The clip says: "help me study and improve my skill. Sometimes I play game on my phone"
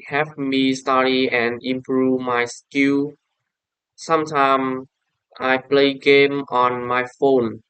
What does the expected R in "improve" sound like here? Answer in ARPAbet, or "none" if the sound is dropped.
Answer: R